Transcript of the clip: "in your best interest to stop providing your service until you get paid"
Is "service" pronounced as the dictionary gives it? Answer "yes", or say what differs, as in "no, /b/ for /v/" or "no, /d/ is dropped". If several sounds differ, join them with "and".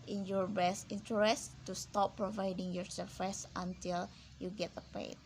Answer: no, /f/ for /v/